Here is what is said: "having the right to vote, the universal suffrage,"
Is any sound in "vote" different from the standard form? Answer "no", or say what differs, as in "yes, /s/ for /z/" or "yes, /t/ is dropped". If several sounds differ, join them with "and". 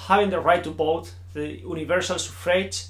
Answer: yes, /b/ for /v/